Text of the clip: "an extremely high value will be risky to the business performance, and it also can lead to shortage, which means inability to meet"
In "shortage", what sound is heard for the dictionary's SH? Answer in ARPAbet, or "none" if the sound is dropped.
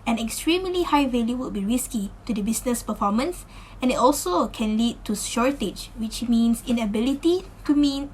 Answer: SH